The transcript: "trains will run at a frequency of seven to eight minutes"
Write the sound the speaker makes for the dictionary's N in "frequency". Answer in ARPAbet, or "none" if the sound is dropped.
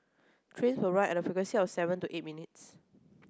none